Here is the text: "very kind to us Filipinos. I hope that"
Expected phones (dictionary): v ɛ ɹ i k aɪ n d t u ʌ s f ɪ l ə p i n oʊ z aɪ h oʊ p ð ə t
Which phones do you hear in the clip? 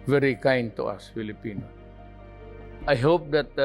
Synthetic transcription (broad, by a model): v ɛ ɹ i k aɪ n t u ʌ s f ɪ l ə p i n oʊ aɪ h oʊ p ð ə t